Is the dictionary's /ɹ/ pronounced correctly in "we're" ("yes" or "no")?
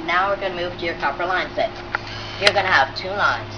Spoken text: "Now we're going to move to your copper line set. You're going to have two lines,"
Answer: yes